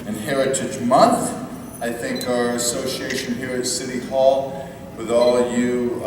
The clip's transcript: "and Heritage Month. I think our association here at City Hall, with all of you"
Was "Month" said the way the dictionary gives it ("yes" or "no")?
yes